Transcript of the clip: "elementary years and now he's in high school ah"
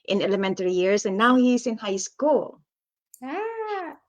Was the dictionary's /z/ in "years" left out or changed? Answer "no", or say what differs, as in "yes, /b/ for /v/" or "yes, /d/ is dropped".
yes, /s/ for /z/